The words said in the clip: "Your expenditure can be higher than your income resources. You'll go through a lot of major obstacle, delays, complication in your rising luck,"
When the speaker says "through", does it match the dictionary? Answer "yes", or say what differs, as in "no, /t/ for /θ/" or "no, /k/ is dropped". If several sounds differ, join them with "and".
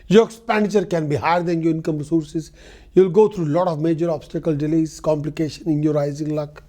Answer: no, /t/ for /θ/